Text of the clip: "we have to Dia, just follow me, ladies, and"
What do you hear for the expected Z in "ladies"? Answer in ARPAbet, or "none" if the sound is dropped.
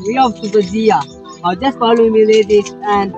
none